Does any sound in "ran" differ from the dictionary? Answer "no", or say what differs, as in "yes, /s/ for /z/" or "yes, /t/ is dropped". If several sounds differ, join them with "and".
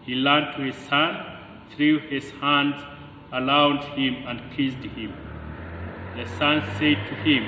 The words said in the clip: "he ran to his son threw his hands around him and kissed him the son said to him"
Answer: yes, /l/ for /ɹ/